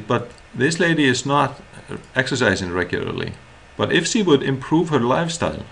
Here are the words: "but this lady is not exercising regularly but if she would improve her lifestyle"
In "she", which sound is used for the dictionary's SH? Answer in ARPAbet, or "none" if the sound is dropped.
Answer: SH